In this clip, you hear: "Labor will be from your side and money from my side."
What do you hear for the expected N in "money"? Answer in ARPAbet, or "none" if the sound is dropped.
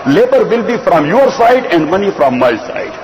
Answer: N